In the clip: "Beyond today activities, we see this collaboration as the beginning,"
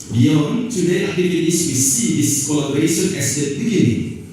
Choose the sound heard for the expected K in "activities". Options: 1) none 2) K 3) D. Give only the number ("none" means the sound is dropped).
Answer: 1